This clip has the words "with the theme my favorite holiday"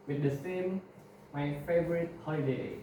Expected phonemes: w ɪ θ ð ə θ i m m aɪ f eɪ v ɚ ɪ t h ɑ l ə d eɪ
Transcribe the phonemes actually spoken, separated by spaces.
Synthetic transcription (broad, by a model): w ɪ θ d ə s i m m aɪ f eɪ v ɚ ɪ t h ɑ l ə d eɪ